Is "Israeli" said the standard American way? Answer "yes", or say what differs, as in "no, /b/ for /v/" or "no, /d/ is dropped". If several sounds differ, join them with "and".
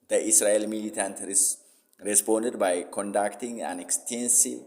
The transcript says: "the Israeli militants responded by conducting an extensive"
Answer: no, /s/ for /z/